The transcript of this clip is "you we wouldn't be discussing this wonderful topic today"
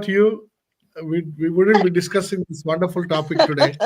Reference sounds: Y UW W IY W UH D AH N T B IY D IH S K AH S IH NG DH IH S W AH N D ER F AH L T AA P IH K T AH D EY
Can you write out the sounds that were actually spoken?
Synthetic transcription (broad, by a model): Y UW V IY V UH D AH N B IY D IH S K AH S IH NG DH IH S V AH N D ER F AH L T AA P IH K T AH D EY